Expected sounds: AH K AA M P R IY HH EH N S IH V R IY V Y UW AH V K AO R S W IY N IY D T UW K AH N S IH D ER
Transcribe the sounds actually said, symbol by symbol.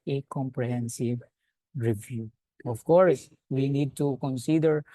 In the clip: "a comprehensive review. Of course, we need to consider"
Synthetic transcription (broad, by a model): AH K AA M P R IY HH EH N S IH V R IY V Y UW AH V K AO R S W IY N IY D T UW K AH N S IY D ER